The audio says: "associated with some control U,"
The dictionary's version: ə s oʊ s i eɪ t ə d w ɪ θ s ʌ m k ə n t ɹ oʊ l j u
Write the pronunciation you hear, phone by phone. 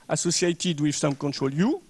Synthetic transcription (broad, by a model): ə s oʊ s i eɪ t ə d w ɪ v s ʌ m k ə n t ɹ oʊ l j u